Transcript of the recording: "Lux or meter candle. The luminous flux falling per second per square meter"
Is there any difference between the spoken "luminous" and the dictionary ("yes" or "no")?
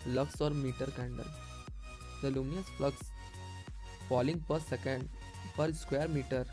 yes